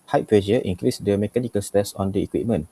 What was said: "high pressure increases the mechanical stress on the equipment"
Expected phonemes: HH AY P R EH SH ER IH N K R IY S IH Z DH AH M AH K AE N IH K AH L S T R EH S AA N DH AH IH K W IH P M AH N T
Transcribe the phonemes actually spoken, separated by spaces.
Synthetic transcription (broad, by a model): HH AY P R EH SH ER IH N K R IY S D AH M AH K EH N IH K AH L S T EH S AA N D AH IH K W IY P M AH N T